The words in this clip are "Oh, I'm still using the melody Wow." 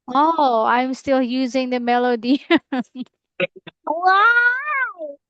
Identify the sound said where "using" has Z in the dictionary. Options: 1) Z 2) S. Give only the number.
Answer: 1